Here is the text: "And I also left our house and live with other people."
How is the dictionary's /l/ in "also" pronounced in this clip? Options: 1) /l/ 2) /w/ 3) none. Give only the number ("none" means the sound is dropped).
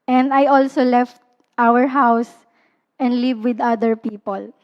1